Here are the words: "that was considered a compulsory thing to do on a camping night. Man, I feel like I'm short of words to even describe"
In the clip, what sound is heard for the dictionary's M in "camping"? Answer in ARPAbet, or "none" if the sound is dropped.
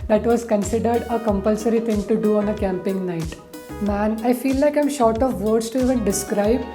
M